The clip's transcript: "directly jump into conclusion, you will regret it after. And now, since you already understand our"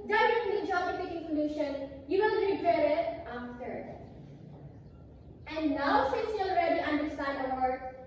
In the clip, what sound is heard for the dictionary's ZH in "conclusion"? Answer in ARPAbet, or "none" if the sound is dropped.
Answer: SH